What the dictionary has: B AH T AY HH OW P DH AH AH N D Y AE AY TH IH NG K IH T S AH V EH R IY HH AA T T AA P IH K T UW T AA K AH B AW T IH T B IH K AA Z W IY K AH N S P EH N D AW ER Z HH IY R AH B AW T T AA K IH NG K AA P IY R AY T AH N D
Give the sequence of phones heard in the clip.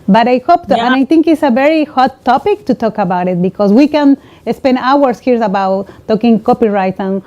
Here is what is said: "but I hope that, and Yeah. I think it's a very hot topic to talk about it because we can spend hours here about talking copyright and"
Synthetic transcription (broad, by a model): B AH T AY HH OW P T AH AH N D AY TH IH NG K IH T S AH V EH R IY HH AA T T AA P IH K T UW T AA K AH B AW T IH T B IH K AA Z W IY K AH N S P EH N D AW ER S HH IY R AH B AW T T AA K IH NG K AA P IY R AY T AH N